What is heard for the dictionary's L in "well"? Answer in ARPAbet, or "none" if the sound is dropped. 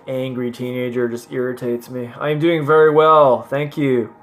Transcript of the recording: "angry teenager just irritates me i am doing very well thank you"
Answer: L